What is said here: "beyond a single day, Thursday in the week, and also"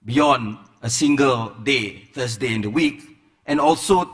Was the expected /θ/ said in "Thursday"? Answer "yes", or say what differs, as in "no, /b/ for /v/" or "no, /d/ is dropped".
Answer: no, /f/ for /θ/